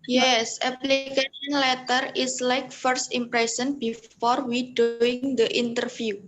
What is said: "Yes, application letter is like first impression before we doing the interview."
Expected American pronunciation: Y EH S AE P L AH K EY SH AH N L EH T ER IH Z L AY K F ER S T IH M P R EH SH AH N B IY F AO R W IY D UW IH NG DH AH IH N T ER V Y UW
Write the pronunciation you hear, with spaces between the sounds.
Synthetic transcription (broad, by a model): Y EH S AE P L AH K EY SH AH N L EH T ER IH S L AY K F ER S T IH M P R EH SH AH N B IY F AO R W IY D UW IH NG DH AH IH N T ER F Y UW